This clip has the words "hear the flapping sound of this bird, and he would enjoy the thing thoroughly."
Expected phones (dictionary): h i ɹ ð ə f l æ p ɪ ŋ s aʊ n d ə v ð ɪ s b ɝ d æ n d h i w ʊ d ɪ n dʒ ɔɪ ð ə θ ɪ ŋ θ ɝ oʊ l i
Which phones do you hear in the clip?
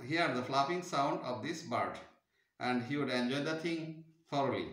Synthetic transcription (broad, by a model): h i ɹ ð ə f l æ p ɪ ŋ s aʊ n d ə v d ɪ s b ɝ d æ n d h i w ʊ d ɪ n dʒ ɔɪ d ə t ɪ ŋ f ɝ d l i